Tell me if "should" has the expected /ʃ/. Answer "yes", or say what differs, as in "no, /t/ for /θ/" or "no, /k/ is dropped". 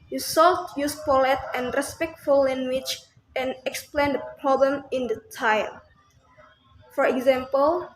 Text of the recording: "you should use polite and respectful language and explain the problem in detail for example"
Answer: no, /s/ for /ʃ/